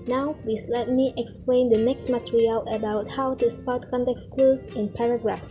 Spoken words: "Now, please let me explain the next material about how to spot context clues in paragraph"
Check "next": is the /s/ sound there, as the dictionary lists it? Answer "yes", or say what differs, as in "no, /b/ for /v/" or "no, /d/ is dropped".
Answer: yes